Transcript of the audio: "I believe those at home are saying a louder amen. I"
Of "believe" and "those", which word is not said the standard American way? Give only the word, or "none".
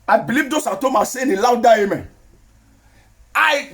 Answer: those